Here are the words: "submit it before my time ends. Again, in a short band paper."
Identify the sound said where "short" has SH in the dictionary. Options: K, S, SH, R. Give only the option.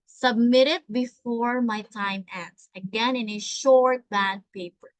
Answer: SH